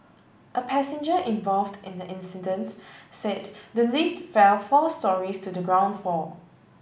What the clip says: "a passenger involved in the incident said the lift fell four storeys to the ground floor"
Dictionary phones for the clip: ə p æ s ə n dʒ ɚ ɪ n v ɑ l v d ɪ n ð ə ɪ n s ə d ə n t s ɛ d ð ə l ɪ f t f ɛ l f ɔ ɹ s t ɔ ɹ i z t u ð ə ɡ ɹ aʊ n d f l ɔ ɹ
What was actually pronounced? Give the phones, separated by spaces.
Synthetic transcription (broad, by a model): ə p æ s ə n dʒ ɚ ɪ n v ɑ l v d ɪ n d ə ɪ n s ə d ə n t s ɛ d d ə l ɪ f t f ɛ l f ɔ s t ɔ ɹ i s t u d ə ɡ ɹ aʊ n d f ɔ